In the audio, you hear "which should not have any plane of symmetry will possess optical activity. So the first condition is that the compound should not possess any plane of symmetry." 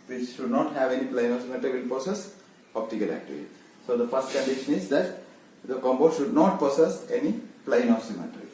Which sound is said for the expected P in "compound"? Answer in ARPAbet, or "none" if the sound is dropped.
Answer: B